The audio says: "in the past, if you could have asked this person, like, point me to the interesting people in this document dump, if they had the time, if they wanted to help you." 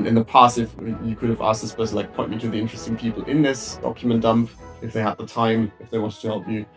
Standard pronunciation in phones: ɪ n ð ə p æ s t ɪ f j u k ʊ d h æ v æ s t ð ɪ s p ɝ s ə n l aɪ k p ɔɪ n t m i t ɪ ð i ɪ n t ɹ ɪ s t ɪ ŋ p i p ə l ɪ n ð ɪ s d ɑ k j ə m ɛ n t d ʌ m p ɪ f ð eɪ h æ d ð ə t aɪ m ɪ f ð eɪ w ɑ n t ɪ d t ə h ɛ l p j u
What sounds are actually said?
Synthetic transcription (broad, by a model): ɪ n ð ə p æ s t ɪ f j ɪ k ʊ d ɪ v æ s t ð ɪ s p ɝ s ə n l aɪ k p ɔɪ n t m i t ɪ ð i ɪ n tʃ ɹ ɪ s t ɪ ŋ p i p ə l ɪ n ð ɪ s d ɑ k j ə m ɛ n d ʌ m p ɪ f ð eɪ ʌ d ð ə t aɪ m ɪ f ð eɪ w ɑ n t ɪ d t ə h ɛ l p j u